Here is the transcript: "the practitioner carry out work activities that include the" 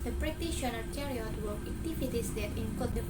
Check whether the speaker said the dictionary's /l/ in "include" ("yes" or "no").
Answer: no